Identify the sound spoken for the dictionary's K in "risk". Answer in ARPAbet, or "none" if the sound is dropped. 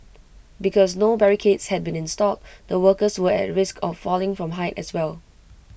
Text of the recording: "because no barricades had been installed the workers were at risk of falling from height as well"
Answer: K